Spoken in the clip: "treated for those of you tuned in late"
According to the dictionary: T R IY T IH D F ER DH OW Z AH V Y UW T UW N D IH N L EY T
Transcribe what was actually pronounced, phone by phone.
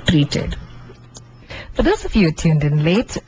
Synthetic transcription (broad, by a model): T R IY T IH D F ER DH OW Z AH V Y UW T UW N D IH N L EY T